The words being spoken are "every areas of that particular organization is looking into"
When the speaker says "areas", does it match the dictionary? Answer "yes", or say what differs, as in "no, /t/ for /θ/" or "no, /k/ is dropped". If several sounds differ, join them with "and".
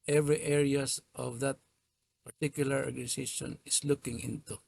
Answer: no, /s/ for /z/